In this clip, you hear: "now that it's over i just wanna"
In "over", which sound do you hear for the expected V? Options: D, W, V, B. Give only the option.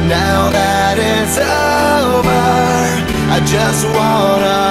B